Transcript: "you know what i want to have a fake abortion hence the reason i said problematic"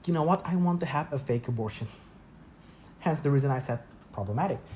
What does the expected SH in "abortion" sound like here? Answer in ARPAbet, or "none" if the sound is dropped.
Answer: SH